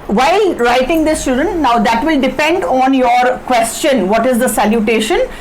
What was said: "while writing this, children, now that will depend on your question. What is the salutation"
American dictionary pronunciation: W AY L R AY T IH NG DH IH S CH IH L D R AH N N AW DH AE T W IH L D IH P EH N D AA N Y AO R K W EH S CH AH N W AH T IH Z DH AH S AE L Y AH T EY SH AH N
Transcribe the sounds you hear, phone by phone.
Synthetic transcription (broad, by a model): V AY L R AY T IH NG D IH S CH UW D AH N N AW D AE T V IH L D IH P EH N D AA N Y AO R K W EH S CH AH N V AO T IH Z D AH S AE L Y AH T EY SH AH N